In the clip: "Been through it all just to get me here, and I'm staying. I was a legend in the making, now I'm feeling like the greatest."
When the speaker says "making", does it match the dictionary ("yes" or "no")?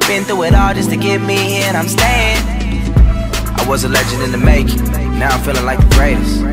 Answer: no